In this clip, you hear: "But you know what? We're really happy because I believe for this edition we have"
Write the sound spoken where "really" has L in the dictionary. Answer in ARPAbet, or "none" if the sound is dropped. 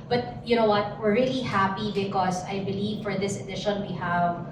L